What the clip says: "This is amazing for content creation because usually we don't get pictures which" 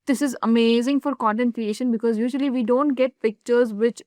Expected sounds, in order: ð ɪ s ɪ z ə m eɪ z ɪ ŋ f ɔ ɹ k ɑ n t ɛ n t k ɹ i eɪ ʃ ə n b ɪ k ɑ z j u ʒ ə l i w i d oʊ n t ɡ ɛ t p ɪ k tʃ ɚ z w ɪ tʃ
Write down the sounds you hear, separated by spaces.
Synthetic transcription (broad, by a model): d ɪ s ɪ z ə m eɪ z ɪ ŋ f ɔ ɹ k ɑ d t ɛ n k ɹ i eɪ ʃ ə n b ɪ k ɑ z j u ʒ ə l i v i d oʊ n t ɡ ɛ t p ɪ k tʃ ɚ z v ɪ tʃ